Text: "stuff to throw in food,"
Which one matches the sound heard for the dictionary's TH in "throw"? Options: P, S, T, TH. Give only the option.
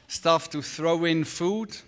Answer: TH